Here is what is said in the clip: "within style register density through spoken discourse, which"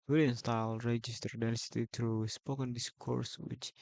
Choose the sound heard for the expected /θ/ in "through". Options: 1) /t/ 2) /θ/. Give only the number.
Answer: 1